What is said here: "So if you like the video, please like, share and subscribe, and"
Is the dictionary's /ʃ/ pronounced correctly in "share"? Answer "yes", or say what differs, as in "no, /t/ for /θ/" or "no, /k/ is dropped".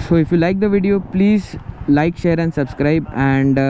yes